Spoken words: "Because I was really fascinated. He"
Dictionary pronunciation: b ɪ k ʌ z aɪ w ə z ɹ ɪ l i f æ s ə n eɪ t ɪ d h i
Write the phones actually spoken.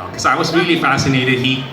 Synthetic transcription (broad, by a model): k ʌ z aɪ w ə z ɹ ɪ l i f æ s ə n eɪ t ɪ d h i